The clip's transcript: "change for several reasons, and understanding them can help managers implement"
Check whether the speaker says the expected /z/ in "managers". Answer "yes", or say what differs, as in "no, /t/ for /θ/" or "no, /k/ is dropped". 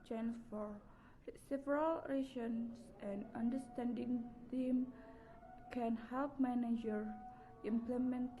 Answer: no, /z/ is dropped